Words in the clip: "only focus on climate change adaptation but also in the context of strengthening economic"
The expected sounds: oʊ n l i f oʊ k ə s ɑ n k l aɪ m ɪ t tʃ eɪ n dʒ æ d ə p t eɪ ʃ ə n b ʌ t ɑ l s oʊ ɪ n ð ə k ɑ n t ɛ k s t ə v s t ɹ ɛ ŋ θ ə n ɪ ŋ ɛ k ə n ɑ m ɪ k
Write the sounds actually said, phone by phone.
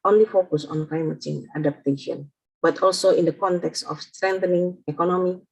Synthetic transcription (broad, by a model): oʊ n l i f oʊ k ə s ɑ n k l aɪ m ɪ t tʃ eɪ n ɑ d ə p t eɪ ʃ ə n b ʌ t ɑ l s oʊ ɪ n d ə k ɑ n t ɛ k s t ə f s t ɹ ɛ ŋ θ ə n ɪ ŋ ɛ k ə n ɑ m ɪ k